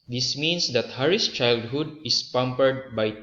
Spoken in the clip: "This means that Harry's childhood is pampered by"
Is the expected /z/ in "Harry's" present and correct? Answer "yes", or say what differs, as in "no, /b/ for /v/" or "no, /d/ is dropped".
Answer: no, /s/ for /z/